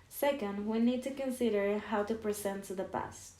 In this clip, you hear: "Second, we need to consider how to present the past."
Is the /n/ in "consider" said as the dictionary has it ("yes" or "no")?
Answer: yes